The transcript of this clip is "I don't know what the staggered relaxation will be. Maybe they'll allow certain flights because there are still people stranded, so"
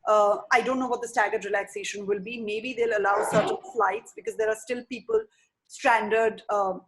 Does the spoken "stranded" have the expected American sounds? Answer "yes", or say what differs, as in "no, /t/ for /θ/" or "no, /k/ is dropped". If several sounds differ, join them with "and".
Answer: yes